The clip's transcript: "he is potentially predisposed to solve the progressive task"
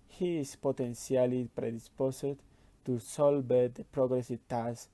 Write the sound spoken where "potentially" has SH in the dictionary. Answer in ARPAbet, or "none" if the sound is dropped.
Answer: S